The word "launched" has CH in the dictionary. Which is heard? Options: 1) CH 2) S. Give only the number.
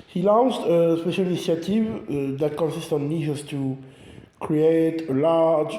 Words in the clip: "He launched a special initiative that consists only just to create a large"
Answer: 2